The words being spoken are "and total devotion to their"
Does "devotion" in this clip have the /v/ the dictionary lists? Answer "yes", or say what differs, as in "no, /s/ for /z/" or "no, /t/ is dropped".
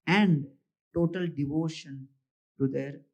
yes